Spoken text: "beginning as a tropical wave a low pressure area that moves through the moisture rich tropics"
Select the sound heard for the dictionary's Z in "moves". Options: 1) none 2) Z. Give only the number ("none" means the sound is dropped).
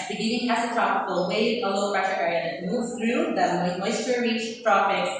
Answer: 1